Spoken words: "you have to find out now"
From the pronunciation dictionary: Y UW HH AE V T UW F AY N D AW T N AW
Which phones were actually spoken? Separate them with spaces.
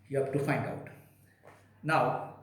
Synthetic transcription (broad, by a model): Y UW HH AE B T UW F AY N D AW T N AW